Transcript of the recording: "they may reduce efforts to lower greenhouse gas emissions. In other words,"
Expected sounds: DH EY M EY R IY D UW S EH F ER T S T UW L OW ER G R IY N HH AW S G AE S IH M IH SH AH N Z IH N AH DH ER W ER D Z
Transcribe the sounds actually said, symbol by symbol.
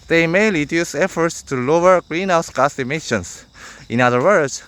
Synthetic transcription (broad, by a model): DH EY M EY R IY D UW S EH F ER T S T UW L OW ER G R IY N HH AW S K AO S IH M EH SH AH N S IH N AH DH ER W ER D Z